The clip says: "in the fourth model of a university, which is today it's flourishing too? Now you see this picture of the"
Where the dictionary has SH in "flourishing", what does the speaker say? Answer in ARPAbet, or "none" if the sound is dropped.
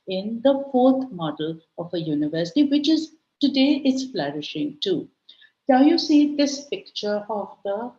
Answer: SH